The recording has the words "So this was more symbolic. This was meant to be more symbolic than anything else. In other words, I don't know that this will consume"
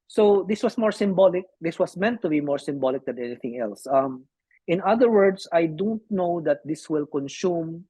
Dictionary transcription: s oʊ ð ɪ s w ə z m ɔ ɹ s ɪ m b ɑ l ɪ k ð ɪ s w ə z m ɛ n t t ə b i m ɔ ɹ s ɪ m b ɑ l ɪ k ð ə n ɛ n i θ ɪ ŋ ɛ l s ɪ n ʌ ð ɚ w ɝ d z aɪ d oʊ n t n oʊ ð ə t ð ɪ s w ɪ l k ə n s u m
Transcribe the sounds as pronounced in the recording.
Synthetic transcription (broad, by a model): s oʊ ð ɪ s w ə s m ɔ ɹ s ɪ m b ɑ l ɪ k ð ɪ s w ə s m ɛ n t t ə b i m ɔ ɹ s ɪ m b ɑ l ɪ k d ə n ɛ n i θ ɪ ŋ ɛ l s ɪ n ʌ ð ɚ w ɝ d s aɪ d oʊ n t n oʊ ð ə t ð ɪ s w ɪ l k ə n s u m